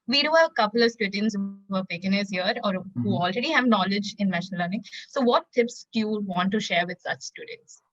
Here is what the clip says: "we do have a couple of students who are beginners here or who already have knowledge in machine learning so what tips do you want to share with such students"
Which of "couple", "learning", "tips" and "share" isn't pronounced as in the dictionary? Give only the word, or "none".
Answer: none